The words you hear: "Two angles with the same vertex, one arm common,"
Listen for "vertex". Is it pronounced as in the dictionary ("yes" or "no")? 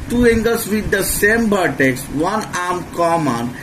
no